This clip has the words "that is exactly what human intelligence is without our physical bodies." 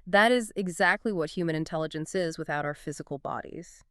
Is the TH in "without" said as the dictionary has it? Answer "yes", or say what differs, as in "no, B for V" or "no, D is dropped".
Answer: yes